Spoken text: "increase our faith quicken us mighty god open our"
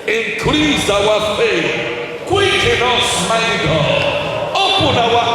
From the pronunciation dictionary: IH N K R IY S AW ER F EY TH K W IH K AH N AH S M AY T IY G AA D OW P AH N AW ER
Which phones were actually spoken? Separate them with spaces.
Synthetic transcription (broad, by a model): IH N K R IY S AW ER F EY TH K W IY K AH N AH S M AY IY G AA OW P AH N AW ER